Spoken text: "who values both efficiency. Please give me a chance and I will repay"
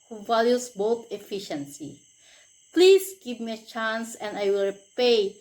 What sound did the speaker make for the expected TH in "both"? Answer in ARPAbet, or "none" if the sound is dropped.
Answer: T